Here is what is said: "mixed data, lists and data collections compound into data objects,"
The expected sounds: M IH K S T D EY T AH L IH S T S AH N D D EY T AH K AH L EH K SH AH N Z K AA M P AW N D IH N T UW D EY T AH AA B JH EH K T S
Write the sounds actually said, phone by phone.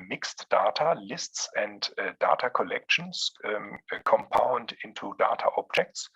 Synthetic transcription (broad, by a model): M IH K S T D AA T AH L IH S T S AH N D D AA T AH K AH L EH K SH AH N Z K AA M P AW N D IH N T UW D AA T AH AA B JH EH K T S